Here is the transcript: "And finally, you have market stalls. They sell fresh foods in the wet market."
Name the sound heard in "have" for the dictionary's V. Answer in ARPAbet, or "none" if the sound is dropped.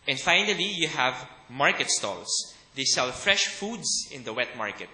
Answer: V